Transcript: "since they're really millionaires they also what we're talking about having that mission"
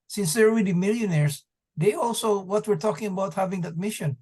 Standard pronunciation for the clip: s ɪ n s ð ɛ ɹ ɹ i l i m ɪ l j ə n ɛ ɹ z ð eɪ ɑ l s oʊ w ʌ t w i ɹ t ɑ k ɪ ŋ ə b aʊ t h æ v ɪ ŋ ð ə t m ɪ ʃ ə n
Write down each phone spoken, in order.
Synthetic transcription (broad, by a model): s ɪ n s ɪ ɹ l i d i m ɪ l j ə n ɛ ɹ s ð eɪ ɑ l s oʊ w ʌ t w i ɹ t ɑ k ɪ ŋ ə b aʊ t h æ v ɪ ŋ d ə t m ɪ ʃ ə n